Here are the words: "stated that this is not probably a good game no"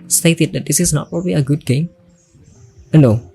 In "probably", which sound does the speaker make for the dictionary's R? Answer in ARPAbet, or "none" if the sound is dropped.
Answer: R